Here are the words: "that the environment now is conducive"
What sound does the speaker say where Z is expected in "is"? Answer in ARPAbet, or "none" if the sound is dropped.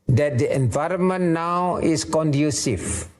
S